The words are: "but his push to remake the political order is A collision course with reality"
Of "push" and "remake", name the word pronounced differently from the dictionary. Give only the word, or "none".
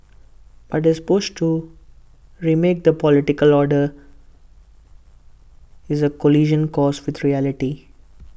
push